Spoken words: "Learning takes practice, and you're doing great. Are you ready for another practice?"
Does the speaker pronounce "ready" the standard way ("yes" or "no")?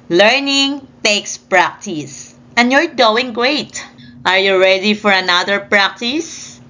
yes